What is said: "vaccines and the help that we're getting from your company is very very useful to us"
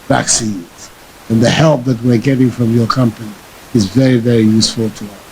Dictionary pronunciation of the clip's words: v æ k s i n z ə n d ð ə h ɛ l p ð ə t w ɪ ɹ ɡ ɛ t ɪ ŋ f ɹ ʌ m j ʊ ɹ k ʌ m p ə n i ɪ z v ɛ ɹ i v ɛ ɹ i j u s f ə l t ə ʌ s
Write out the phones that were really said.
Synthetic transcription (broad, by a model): v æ k s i n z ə n ð ə h ɛ l p ð ə t w ɪ ɹ ɡ ɛ t ɪ ŋ f ɹ ʌ m j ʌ ɹ k ʌ m p ə n i ɪ z v ɛ ɹ i v ɛ ɹ i j u s f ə l t ə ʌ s